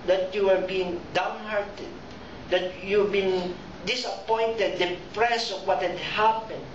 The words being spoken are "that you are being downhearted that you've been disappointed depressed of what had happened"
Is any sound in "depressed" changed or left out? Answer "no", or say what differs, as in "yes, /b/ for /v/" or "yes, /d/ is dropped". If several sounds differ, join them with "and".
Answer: yes, /t/ is dropped